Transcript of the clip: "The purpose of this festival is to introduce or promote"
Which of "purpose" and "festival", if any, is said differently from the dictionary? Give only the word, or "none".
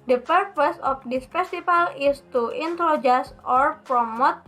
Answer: festival